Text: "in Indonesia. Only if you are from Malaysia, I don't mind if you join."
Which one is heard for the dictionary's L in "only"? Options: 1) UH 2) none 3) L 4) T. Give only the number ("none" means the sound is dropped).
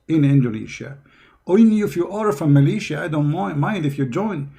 2